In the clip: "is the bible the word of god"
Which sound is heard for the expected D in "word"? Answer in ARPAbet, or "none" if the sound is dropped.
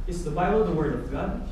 D